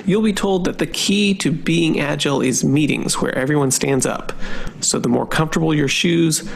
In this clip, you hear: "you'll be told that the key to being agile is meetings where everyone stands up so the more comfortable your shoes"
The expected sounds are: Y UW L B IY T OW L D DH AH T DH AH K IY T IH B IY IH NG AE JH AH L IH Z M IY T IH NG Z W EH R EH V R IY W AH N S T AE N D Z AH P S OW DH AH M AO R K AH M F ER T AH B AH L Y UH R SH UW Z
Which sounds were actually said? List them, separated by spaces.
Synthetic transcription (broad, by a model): Y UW L B IY T OW L D DH AH T DH AH K IY T IH B IY IH NG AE JH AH L IH Z M IY T IH NG Z W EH R EH V R IY W AH N S T AE N D Z AH P S OW DH AH M AO R K AH M F T AH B L Y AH R SH UW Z